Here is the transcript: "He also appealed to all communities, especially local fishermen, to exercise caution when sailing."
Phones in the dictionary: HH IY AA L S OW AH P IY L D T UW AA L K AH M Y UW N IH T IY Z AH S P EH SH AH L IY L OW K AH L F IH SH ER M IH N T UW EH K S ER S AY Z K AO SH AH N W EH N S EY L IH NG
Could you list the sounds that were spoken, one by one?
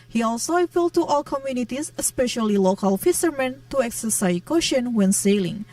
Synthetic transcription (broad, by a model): HH IY AA L S OW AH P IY L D T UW AA L K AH M Y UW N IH T IY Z AH S P EH SH AH L IY L OW K AH L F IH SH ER M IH N T UW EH K S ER S AY K AO SH AH N W EH N S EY L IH NG